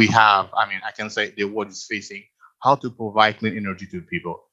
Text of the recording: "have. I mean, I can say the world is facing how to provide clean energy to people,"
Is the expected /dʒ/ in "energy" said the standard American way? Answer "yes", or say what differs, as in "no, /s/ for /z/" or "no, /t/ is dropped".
yes